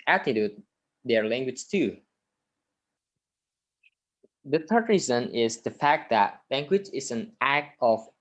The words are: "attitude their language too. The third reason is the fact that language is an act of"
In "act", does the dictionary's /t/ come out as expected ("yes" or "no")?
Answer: yes